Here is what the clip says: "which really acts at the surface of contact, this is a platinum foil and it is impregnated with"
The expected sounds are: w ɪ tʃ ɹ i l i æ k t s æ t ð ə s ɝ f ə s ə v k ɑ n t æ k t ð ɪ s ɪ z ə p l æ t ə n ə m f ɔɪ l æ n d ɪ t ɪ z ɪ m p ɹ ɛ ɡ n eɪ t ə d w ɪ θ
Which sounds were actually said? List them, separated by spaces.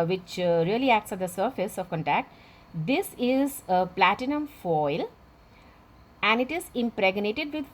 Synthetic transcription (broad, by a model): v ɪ tʃ ɹ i l i æ k t s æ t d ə s ɝ f ə s ə v k ɑ n t æ k t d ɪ s ɪ z ə p l æ t ə n ə m f ɔɪ l æ n d ɪ t ɪ z ɪ m p ɹ ɛ ɡ n eɪ t ə d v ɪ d